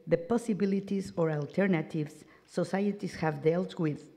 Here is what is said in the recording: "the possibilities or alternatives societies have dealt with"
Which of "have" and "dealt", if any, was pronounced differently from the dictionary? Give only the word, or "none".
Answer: none